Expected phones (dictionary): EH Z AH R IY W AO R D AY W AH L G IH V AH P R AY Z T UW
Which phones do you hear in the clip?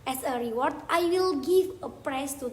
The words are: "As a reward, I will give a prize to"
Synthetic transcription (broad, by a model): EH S AH R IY W AO R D AY W AH L G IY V AH P R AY S T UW